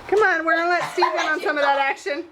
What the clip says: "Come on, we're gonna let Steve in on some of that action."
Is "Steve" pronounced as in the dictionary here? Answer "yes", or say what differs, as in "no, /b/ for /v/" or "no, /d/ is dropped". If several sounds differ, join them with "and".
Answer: no, /s/ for /t/